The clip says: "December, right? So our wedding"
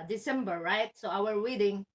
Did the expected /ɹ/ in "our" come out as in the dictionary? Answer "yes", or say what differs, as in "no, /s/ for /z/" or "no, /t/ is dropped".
no, /w/ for /ɹ/